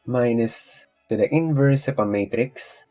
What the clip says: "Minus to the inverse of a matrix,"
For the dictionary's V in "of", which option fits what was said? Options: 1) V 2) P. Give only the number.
2